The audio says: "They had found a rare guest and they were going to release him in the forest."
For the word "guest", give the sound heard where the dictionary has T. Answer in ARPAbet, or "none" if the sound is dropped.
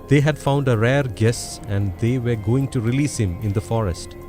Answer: none